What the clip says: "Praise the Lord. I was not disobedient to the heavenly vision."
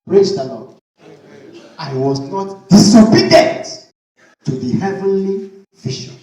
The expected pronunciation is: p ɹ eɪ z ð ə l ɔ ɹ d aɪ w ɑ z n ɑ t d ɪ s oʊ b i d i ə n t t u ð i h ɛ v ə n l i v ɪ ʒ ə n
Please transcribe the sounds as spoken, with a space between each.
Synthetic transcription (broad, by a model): ɹ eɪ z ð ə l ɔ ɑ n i w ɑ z n ɑ t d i s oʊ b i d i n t t u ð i h ɛ v ə n l i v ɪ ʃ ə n